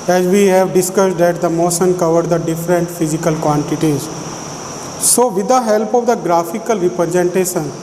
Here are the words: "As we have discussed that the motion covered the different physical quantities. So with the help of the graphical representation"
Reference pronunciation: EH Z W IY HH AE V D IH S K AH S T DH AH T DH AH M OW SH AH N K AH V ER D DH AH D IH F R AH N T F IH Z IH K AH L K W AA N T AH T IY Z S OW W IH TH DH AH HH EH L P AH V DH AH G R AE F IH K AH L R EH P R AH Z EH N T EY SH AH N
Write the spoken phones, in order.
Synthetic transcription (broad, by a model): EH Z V IY HH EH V D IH S K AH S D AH T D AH M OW S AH N K AH V ER D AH D IH F R AH N T F IH Z IH K AH L K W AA N T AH T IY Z S OW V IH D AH HH EH L P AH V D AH G R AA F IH K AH L R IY P R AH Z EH N T EY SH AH N